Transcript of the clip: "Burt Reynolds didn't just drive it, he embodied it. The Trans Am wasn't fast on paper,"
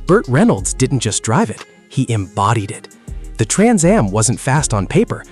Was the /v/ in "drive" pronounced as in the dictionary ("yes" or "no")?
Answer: yes